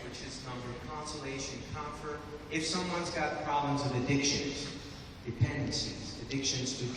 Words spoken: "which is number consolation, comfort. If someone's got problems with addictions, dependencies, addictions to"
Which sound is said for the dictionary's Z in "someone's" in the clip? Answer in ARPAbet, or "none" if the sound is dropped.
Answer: Z